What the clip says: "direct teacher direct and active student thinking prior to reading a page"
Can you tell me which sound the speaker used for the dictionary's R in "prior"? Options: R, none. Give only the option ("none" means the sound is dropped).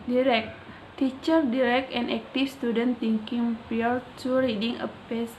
none